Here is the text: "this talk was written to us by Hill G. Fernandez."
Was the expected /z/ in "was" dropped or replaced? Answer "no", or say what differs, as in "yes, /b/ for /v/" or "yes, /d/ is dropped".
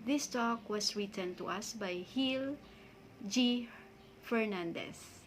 yes, /s/ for /z/